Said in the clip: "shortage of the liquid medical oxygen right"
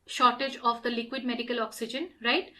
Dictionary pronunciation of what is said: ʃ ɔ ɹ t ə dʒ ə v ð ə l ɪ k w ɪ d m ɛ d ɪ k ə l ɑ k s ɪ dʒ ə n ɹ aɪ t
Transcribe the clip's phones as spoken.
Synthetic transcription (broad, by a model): ʃ ɔ ɹ t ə dʒ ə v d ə l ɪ k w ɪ d m ɛ d ɪ k ə l ɑ k s ɪ dʒ ə n ɹ aɪ t